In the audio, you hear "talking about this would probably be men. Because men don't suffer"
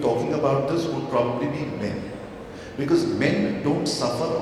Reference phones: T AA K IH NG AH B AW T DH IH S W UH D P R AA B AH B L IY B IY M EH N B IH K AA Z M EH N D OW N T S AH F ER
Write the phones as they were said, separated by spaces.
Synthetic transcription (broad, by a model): T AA K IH NG AH B AW T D IH S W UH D P R AA B AH B L IY B IY M EH N B IH K AA Z M EH N D OW N T S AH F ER